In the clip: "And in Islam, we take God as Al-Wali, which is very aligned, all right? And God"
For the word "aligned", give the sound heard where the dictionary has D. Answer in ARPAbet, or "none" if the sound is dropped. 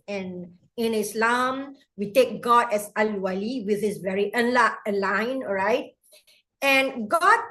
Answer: none